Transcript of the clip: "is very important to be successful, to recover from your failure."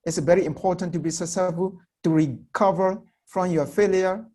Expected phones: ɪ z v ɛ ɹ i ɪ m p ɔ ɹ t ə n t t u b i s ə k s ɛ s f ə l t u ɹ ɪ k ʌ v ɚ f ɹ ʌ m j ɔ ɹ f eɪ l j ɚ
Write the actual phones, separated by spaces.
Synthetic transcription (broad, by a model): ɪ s v ɛ ɹ i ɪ m p ɔ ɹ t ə n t t u b i s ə s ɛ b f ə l t u ɹ ɪ k ʌ v ɚ f ɹ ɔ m j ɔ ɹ f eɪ l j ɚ